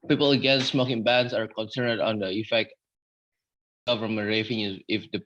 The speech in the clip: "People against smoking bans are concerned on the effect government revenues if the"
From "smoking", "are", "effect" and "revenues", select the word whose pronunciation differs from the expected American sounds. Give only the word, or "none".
revenues